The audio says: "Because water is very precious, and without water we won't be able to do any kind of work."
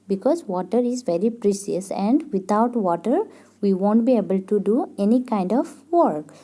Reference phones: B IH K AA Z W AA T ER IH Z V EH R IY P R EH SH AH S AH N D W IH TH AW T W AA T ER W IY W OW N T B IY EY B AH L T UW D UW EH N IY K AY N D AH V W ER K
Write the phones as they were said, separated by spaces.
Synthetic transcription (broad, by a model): B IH K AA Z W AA T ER IH Z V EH R IY P R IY S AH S AH N D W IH T AW T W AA T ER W IY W OW N T B IY EY B AH L T UW D UW EH N IY K AY N D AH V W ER K